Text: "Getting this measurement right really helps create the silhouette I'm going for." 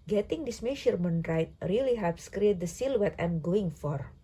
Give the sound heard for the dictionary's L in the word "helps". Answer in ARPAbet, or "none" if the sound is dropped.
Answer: none